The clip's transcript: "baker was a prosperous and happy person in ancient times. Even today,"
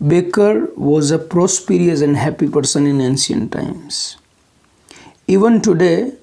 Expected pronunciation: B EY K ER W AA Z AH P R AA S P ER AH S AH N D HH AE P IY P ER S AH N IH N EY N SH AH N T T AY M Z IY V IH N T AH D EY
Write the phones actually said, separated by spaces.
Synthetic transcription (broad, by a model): B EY K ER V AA Z AH P R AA S P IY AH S AH N D HH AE P IY P ER S AH N IH N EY N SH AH N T T AY M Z IY V IH N T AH D EY